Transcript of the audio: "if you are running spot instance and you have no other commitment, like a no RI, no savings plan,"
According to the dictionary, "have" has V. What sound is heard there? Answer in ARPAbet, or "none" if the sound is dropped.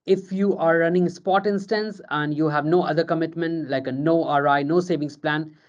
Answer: V